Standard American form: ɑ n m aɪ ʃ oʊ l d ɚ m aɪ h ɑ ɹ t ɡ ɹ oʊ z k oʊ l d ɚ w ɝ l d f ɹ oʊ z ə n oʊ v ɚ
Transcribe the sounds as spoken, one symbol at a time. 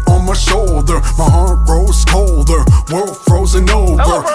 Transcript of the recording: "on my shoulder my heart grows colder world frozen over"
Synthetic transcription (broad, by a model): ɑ n m aɪ ʃ oʊ l d ɚ m aɪ h ɑ ɹ t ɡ ɹ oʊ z k oʊ l d ɚ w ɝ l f ɹ oʊ z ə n oʊ v ɚ